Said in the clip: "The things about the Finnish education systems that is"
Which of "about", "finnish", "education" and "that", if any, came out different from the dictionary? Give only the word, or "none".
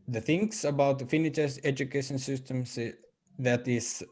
finnish